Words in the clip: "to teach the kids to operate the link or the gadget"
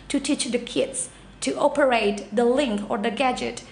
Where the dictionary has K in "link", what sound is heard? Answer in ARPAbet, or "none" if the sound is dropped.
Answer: K